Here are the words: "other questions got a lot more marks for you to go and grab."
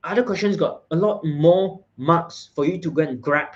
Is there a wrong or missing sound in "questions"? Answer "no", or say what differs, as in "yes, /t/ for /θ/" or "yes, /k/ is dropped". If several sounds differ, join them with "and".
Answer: yes, /s/ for /z/